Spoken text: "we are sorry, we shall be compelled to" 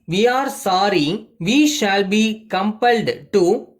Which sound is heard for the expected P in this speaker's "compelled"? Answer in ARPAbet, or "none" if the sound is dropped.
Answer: P